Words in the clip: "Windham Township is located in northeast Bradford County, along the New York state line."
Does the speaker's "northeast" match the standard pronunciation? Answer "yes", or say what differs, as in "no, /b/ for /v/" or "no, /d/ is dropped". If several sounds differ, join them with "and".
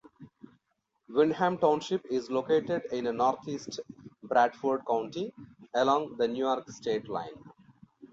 no, /t/ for /θ/